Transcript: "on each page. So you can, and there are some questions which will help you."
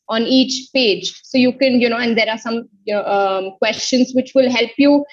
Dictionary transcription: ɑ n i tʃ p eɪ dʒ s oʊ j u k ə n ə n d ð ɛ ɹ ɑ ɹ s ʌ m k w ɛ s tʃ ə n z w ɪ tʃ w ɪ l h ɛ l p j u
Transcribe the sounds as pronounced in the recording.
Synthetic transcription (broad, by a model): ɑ n i tʃ p eɪ dʒ s oʊ j u k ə n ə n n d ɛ ɹ ɑ ɹ s ʌ m k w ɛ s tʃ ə n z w ɪ tʃ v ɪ l h ɛ l p j u